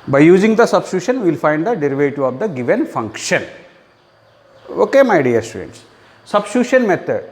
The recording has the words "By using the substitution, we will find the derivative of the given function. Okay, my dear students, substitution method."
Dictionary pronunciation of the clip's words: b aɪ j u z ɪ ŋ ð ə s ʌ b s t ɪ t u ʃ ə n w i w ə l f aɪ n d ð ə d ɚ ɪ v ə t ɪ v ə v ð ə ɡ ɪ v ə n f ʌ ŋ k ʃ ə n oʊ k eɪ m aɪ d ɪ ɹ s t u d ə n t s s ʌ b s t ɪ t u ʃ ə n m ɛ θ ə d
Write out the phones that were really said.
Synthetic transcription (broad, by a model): b aɪ j u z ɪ ŋ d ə s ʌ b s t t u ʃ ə n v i l f aɪ n d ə d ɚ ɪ v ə t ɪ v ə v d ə ɡ ɪ v ə n f ʌ ŋ k ʃ ə n oʊ k eɪ m aɪ d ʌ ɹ s t u d ə n t s s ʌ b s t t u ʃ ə n m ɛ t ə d